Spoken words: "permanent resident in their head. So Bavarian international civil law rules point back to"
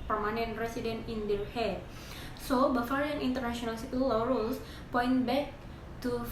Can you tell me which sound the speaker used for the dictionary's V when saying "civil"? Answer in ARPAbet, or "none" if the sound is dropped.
P